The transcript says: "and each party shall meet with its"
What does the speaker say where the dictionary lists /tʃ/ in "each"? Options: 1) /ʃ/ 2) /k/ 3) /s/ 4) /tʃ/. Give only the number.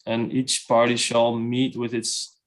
4